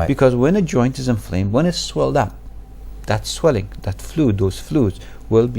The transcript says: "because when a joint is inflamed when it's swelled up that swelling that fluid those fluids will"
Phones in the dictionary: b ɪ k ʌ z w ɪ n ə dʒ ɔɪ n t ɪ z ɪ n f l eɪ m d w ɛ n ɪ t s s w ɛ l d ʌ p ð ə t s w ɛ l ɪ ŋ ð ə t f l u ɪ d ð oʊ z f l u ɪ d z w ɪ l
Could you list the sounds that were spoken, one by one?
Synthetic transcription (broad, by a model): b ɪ k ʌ z w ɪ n ə dʒ ɔɪ n t ɪ z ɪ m f l eɪ m w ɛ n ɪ t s s w ɛ l d ʌ p ð ə t s w ɛ l ɪ ŋ ð ə t f l u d ð oʊ z f l u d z w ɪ l